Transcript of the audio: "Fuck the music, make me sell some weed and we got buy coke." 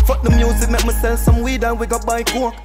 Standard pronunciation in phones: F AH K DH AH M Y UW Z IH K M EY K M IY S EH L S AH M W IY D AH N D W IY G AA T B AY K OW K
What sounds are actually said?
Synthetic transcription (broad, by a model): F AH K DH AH M Y UW Z IH K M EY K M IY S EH N S AH M W IY D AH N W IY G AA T B AY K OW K